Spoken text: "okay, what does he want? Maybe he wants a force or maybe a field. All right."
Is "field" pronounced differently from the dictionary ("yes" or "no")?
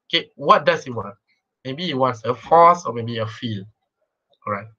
yes